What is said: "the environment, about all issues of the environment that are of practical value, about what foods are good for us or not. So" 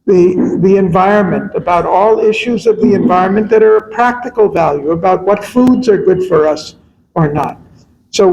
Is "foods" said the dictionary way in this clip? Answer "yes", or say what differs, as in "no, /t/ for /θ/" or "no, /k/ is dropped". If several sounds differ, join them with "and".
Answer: yes